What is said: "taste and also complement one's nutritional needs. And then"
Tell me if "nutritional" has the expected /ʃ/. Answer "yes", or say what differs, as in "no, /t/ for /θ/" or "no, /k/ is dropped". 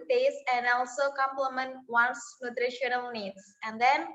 yes